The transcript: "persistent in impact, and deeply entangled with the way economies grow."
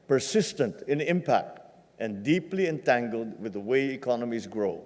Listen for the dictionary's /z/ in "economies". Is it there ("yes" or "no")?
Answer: yes